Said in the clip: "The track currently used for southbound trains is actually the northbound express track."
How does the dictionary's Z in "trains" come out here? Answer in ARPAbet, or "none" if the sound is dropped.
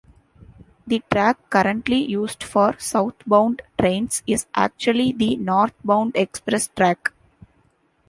S